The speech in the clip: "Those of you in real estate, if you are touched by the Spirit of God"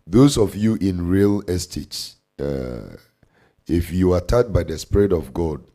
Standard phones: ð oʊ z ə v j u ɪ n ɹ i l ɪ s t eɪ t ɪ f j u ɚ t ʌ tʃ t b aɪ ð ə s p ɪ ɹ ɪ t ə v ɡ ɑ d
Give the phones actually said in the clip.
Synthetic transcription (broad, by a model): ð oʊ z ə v j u ɪ n ɹ i l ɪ s t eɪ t ɪ f j u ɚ t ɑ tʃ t b aɪ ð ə s p ɪ ɹ ɪ t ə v ɡ ɑ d